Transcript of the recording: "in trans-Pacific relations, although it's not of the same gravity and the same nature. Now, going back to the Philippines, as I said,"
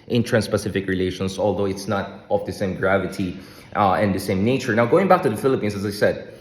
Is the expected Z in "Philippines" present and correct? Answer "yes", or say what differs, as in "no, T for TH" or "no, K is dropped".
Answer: no, S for Z